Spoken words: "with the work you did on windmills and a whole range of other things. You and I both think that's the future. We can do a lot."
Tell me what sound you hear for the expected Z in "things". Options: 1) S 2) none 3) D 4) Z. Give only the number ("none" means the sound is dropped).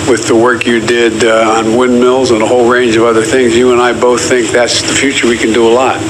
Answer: 4